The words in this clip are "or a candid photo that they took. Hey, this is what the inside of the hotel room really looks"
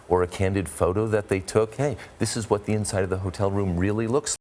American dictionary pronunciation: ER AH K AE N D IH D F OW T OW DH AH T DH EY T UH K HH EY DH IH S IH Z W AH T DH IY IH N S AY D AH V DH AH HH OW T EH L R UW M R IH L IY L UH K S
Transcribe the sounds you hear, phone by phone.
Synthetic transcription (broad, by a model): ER AH K AE N D IH D F OW T OW DH AH T DH EY T UH K HH EY DH IH S IH Z W AH T DH IY IH N S AY D AH V DH AH HH OW T EH L R UW M R IH L IY L UH K S